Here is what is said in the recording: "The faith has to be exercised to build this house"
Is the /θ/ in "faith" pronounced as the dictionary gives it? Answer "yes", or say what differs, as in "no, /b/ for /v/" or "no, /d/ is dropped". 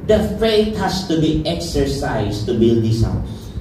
no, /t/ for /θ/